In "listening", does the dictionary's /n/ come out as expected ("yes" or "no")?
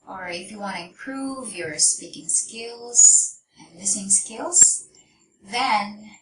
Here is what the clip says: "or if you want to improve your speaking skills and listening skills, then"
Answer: no